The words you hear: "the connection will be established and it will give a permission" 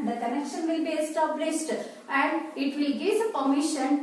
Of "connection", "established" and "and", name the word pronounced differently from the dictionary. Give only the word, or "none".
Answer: established